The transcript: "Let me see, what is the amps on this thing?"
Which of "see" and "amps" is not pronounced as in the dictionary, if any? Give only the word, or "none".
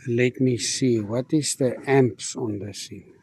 none